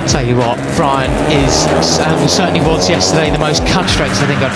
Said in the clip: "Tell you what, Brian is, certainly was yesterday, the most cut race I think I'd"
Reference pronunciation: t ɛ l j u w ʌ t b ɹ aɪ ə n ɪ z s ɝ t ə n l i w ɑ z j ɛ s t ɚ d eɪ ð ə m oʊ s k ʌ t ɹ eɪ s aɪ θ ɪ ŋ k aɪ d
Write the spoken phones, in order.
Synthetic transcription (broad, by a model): t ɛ l j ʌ w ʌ t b ɹ aɪ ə n ɪ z s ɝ t n l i w ɑ z j ɛ s t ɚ d eɪ ð ə m oʊ s k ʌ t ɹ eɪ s aɪ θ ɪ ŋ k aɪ